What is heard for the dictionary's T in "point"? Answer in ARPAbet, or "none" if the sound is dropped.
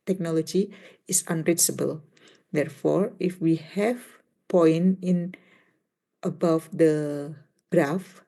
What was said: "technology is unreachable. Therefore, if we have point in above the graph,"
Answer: none